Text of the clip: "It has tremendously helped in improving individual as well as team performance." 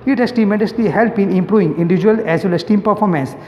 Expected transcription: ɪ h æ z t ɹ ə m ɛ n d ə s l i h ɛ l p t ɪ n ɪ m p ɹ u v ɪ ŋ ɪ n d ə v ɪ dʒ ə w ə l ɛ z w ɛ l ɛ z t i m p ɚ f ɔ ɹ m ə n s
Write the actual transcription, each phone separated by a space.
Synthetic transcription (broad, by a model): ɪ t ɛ s t ə m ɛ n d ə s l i h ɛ l p ɪ n ɪ m p ɹ u v ɪ ŋ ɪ n d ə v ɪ dʒ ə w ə l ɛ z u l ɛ s t i m p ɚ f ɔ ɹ m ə n s